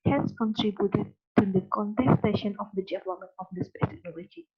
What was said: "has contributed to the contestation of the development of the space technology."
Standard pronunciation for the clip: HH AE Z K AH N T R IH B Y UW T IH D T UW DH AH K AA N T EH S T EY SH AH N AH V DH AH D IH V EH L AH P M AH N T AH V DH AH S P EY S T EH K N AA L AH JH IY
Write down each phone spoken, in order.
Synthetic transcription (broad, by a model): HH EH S K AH N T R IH B Y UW T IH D T UW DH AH K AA N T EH S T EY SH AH N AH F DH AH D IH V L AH M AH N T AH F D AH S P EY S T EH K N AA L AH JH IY